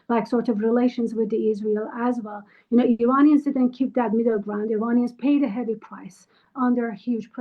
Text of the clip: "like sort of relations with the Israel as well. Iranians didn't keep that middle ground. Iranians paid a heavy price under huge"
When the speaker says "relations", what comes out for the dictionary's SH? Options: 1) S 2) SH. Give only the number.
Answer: 2